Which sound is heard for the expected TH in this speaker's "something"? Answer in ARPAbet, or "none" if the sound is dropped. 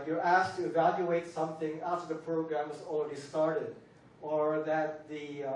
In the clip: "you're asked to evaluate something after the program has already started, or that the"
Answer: TH